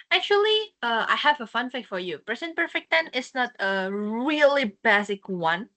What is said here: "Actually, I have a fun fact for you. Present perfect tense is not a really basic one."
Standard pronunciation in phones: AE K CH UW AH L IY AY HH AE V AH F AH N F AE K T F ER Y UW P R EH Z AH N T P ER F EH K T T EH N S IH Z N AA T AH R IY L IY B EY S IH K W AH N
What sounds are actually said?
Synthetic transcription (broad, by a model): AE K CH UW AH L IY AY HH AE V AH F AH N F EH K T F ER Y UW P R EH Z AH N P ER F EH K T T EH N IH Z N AA T AH R IY L IY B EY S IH K W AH N